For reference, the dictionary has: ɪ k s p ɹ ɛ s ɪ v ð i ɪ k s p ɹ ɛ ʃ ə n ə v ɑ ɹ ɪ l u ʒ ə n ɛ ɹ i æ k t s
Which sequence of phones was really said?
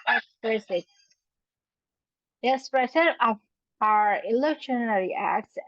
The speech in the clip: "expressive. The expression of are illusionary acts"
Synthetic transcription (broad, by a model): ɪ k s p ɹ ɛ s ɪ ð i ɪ k s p ɹ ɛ s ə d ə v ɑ ɹ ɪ l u ʃ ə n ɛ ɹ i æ k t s